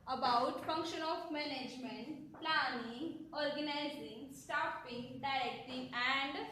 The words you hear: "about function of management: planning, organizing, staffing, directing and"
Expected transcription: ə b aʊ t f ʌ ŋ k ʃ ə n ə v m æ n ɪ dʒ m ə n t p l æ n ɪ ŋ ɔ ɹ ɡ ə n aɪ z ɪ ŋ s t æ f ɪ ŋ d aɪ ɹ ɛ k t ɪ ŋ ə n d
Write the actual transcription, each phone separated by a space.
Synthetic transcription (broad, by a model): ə b aʊ t f ʌ ŋ k ʃ ə n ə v m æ n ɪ dʒ m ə n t p l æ n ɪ ŋ ɔ ɹ ɡ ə n aɪ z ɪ ŋ s t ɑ p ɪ ŋ d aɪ ɹ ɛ k t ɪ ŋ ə n d